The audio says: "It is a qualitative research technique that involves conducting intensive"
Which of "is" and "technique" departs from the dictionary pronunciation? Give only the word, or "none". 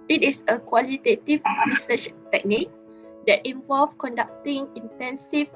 is